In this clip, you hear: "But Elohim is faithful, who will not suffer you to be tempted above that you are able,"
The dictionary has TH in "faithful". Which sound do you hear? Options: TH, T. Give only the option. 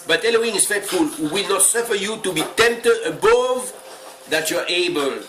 T